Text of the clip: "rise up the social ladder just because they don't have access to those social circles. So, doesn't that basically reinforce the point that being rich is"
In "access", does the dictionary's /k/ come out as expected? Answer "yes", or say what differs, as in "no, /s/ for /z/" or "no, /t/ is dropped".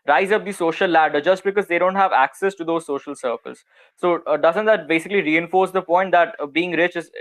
yes